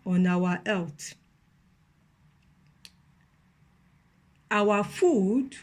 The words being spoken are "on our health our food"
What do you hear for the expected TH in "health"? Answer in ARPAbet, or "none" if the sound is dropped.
T